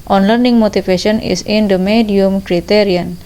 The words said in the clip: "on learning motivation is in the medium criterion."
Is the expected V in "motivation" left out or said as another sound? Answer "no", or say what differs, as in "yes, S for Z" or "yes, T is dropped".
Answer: yes, F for V